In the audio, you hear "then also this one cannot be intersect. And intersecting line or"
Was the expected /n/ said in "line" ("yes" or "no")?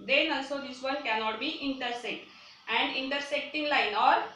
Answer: yes